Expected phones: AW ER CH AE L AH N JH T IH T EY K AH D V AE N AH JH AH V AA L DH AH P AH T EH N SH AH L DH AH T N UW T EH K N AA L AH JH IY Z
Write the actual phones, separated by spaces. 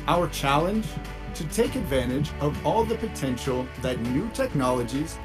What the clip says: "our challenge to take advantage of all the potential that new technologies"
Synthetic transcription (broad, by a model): AW ER CH AE L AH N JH T IH T EY K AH D V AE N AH JH AH V AA L DH AH P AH T EH N SH L DH AH T N UW T EH K N AA L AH JH IY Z